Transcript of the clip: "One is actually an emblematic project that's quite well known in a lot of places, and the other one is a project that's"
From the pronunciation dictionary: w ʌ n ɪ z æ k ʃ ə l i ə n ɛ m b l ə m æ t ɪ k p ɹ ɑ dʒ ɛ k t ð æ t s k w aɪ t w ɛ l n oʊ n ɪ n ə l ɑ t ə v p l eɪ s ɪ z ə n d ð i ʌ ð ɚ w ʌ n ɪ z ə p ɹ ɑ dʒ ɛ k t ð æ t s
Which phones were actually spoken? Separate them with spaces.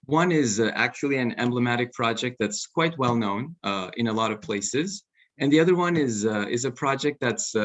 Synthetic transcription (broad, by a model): w ʌ n ɪ z æ k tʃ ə l i ə n ɛ m b l ə m æ t ɪ k p ɹ ɑ dʒ ɛ k t ð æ t s k w aɪ t w ɛ l n oʊ n ɪ n ə l ɑ t ə v p l eɪ s ɪ z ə n ð i ʌ ð ɚ w ʌ n ɪ z ə p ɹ ɑ dʒ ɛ k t ð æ t s